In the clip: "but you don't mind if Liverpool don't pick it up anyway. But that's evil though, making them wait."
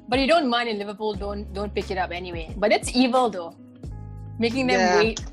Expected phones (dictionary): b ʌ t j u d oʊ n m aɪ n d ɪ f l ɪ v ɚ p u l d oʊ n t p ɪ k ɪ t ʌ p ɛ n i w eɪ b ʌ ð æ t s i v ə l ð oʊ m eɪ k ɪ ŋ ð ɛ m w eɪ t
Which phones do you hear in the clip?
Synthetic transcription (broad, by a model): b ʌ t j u d oʊ n m aɪ n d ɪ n l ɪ v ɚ p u l d oʊ n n p ɪ k ɪ t ʌ p ɛ n i w eɪ b ʌ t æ t s i v ə l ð oʊ m eɪ k ɪ ŋ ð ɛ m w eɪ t